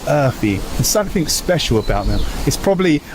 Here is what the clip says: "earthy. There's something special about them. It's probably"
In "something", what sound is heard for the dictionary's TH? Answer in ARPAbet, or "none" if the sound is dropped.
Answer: TH